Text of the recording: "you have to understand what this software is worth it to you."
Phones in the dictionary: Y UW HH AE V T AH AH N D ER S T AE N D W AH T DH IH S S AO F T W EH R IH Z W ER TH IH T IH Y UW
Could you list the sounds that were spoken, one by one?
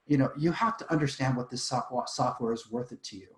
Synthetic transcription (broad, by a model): Y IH HH AE F T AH AH N D ER S T AE N D W AH T DH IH S S AO F T W EH R IH Z W ER TH IH T IH Y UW